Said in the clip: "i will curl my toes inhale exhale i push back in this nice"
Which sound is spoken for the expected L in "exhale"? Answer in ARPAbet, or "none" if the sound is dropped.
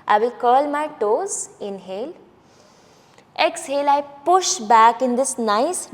L